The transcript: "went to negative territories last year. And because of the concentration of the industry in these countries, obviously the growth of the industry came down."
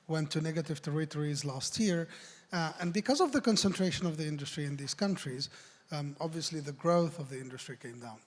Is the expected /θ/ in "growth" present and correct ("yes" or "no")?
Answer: yes